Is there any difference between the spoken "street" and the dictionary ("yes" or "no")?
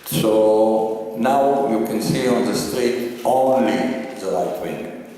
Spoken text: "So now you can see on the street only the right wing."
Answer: no